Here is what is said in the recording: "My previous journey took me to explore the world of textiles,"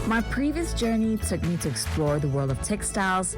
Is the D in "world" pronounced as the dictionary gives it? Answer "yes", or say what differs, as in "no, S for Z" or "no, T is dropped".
yes